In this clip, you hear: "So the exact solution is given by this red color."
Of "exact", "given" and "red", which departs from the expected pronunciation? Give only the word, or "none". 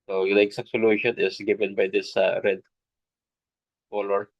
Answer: exact